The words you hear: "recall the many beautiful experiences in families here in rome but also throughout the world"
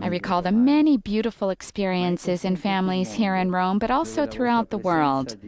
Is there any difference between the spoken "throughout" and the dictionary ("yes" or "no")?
no